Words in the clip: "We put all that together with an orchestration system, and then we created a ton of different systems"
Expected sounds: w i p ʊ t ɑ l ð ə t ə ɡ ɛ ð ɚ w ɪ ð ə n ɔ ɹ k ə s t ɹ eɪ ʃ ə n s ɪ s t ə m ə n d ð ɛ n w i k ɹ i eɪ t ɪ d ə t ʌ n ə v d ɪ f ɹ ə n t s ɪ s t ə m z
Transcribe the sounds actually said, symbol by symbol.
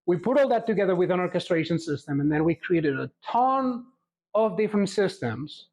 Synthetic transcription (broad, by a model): w i p ʊ t ɑ l ð ə t ə ɡ ɛ ð ɚ w ɪ ð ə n ɔ ɹ k ə s t ɹ eɪ ʃ ə n s ɪ s t ə m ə n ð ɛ n w i k ɹ i eɪ t ɪ d ə t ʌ n ə v d ɪ f ɹ ə n t s ɪ s t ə m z